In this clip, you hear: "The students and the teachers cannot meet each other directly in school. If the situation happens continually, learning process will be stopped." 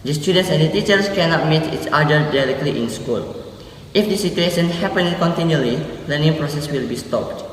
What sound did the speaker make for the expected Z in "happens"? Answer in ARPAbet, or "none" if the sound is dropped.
none